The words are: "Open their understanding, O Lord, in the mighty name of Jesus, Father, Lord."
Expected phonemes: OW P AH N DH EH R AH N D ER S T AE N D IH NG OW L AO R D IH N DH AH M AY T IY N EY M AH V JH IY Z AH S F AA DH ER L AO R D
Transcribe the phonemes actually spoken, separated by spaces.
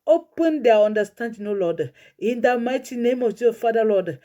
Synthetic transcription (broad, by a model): OW P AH N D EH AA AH N D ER S T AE N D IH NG OW L AO D IH N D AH M AY T IY N EY M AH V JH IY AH F AA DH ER L AO D